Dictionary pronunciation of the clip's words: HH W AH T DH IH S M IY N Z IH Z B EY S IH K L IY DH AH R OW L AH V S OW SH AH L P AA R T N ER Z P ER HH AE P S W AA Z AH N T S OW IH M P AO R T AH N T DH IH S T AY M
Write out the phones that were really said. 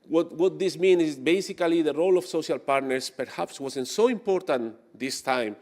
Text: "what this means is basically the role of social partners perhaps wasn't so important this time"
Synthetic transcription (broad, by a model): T W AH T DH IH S M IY N IH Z B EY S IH K L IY DH AH R OW L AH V S OW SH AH L P AA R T N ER S P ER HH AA P S W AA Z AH N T S OW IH M P AO R T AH N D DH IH S T AY M